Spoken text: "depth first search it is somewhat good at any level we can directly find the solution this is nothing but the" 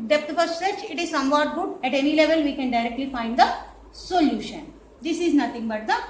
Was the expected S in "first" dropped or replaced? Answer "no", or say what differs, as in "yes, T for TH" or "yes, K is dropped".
yes, S is dropped